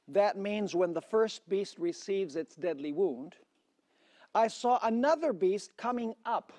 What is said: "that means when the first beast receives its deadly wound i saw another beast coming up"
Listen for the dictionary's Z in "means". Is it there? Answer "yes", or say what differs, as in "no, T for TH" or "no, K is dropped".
yes